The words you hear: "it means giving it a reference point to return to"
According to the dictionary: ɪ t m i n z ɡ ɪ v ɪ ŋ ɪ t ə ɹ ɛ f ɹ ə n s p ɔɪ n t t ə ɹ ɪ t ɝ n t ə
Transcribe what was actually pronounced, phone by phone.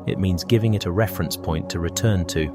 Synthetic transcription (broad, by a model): ɪ t m i n z ɡ ɪ v ɪ ŋ ɪ t ə ɹ ɛ f ɹ ə n s p ɔɪ n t t ə ɹ ɪ t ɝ n t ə